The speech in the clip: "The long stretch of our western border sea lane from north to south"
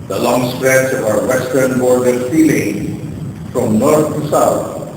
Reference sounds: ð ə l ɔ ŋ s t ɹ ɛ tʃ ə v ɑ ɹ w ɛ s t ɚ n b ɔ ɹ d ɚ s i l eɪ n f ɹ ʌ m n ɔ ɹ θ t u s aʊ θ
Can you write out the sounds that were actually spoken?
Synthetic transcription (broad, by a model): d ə l ɔ ŋ s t ɹ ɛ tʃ ɑ ɹ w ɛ s t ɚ n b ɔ ɹ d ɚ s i l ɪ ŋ f ɹ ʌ m n ɔ ɹ t t u s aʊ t